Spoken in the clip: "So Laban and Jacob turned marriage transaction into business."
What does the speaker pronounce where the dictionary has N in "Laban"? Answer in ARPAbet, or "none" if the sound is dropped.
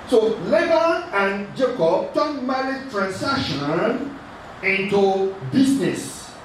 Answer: none